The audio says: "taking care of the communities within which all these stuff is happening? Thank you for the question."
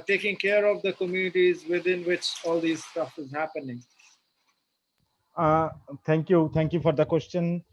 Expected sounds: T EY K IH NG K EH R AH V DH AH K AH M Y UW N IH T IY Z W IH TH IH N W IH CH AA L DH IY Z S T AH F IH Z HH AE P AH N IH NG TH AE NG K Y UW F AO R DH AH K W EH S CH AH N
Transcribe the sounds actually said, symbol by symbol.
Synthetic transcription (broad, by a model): T EY K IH NG K EH R AH V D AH K AH M Y UW N IH T IY Z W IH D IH N W IH CH AA L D IY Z S T AH F IH Z HH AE P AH N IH NG T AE NG K Y UW F AO R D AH K W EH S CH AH N